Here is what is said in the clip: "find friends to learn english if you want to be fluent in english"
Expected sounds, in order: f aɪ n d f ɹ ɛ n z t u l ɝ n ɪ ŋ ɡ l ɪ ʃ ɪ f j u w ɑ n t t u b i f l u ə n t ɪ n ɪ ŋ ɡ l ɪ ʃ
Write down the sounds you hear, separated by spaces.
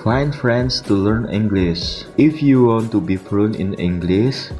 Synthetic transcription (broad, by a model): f aɪ n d f ɹ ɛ n s t u l ɝ n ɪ ŋ ɡ l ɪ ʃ ɪ f j u w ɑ n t t u b i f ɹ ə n ɪ n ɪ ŋ ɡ l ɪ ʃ